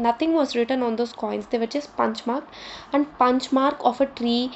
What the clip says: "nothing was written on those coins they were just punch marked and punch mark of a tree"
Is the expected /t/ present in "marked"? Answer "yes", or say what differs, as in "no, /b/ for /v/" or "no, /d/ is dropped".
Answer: no, /t/ is dropped